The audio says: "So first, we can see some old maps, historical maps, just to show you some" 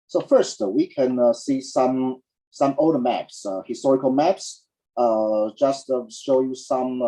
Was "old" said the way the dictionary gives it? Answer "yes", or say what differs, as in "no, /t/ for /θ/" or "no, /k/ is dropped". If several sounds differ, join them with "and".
no, /l/ is dropped